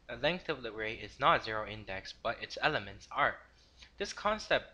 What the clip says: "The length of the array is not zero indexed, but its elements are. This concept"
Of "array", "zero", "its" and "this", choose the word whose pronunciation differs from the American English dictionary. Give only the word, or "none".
none